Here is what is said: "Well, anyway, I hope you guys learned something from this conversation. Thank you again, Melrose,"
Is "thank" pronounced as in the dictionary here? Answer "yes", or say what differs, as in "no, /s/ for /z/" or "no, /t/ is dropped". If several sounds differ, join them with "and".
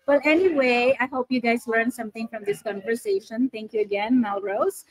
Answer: no, /t/ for /θ/